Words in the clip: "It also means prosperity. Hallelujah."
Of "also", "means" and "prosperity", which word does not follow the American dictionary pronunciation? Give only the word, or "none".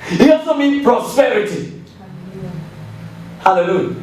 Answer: means